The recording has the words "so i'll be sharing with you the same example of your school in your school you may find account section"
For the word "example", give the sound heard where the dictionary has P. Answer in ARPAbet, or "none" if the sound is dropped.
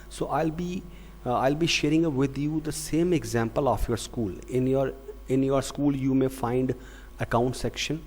P